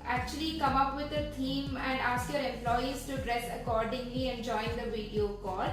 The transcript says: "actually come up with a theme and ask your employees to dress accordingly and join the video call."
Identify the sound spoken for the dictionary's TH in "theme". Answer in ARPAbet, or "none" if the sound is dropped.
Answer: T